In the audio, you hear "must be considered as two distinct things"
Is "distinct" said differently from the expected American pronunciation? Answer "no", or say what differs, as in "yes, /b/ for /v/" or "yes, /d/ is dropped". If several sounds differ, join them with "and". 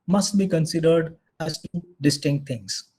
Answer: no